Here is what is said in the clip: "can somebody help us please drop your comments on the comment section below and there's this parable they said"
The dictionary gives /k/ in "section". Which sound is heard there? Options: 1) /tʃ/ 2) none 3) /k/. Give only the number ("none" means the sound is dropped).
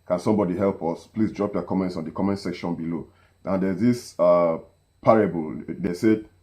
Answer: 3